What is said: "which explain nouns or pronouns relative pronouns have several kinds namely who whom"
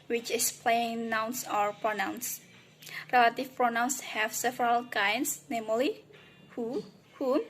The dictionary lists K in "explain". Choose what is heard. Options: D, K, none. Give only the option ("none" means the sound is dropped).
none